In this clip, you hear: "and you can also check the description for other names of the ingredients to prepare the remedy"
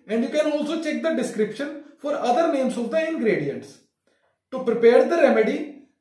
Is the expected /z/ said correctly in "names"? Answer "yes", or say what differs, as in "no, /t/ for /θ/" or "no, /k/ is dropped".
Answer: no, /s/ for /z/